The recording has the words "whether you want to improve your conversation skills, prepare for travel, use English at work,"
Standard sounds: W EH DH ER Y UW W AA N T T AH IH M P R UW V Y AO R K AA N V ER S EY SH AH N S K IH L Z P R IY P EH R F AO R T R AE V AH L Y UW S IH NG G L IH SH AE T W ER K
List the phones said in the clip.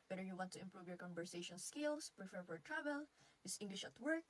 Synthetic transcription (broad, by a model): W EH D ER Y UW W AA N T T AH IH M P R UW V Y AO R K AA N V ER S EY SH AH N S K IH L S P R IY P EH R F AO R T R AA B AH L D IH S IH NG G L IH SH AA T W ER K